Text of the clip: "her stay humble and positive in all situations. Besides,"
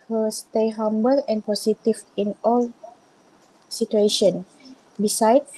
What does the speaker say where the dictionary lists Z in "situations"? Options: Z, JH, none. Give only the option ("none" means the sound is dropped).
none